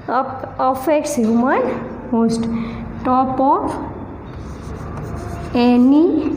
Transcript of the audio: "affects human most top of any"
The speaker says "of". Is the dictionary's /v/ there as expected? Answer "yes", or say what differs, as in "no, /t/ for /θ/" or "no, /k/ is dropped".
no, /p/ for /v/